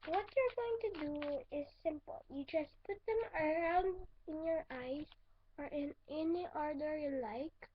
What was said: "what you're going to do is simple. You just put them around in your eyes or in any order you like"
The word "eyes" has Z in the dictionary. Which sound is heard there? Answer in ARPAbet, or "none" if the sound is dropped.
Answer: S